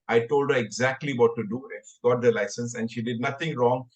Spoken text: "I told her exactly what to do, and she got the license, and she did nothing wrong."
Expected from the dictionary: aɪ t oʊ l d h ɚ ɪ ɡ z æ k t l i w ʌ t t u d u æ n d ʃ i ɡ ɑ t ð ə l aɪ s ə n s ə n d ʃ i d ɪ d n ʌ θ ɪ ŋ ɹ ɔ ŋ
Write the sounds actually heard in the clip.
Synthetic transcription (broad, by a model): aɪ t oʊ l d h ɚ ɪ ɡ z æ k t l i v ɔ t t u d u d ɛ ɡ ɑ t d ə l aɪ s ə n s ə n d ʃ i d ɪ d n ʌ t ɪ ŋ ɹ ɔ ŋ